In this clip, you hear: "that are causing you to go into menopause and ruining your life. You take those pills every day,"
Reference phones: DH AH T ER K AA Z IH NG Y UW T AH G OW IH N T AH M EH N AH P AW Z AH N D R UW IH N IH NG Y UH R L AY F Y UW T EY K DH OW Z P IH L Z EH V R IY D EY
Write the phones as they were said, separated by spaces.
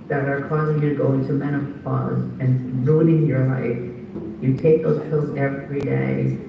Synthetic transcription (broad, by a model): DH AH T ER K AA Z IH NG Y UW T G OW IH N T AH M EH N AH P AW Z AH N R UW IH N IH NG Y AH R L AY F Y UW T EY K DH OW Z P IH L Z EH V R IY D EY